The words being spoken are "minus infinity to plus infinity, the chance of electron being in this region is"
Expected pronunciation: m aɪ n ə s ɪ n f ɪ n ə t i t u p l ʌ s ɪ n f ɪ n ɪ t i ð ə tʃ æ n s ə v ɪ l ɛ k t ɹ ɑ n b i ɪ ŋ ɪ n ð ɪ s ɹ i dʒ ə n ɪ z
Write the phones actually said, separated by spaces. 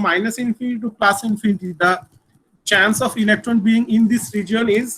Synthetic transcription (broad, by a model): m aɪ n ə s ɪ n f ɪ n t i t u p l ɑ s ɪ n f ɪ n ɪ t i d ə tʃ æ n s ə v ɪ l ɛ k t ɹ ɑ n b i ɪ ŋ ɪ n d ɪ s ɹ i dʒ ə l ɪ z